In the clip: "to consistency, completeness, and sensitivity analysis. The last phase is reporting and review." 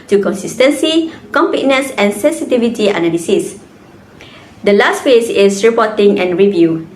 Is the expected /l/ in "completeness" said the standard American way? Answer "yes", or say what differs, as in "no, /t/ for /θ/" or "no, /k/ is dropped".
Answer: no, /l/ is dropped